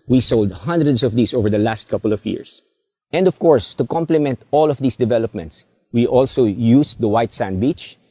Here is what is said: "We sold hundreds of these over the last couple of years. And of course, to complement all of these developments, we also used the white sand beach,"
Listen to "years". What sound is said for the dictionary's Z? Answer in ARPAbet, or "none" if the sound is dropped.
S